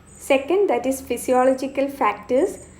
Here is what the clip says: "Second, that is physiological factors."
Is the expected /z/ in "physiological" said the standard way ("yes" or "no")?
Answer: no